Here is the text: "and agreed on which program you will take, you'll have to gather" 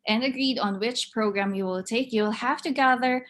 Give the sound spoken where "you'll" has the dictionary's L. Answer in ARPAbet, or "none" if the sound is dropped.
L